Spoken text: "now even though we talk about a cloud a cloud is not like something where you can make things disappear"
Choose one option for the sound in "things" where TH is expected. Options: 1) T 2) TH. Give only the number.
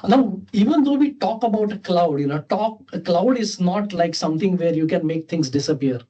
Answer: 1